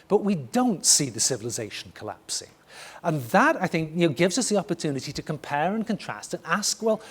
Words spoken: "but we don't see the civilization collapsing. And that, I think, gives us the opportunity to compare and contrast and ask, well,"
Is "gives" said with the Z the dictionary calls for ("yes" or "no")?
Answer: yes